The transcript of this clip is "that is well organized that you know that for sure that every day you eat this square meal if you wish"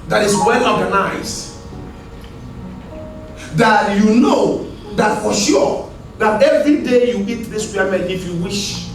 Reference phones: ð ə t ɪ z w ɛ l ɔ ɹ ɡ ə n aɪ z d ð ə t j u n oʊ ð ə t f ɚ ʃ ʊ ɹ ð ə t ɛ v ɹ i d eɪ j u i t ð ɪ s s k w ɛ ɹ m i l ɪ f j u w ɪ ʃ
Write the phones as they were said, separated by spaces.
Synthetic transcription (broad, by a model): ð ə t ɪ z w ɛ l ɔ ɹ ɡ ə n aɪ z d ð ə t j u n oʊ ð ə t f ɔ ʃ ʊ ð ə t ɛ v ɹ i d eɪ j u i t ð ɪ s s w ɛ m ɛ n ɪ f j u w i ʃ